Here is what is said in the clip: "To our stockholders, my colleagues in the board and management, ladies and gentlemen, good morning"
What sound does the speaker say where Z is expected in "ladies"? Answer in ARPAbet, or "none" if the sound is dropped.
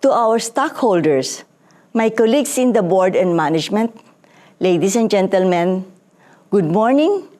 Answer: S